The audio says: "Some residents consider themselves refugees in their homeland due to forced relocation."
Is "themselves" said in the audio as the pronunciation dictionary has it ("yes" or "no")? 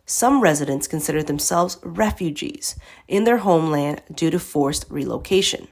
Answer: yes